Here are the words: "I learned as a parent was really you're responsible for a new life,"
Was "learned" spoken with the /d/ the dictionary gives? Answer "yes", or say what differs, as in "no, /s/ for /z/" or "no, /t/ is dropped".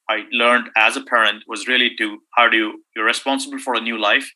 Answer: yes